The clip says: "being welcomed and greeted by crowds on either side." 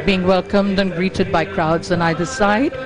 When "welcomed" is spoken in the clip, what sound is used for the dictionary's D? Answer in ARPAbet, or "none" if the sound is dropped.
D